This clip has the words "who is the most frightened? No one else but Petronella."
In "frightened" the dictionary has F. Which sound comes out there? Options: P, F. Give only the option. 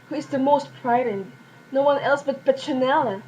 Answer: P